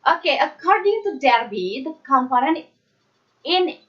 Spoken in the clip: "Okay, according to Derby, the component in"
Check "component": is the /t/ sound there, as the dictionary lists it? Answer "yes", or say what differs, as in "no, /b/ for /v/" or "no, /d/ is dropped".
no, /t/ is dropped